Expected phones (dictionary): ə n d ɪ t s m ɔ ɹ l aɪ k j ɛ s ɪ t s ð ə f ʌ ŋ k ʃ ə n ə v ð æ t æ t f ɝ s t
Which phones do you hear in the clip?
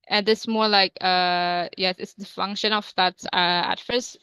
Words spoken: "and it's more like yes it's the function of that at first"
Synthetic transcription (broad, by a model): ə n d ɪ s m ɔ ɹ l aɪ k j ɛ s ɪ t s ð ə f ʌ ŋ k ʃ ə n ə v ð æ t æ t f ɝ s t